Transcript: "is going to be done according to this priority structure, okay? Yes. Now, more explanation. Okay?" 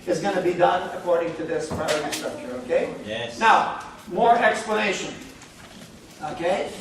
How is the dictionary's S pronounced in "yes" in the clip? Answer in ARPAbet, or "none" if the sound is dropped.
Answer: none